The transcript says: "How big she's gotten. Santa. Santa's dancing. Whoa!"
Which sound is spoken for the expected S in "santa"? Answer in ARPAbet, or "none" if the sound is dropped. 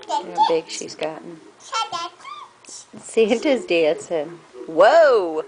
SH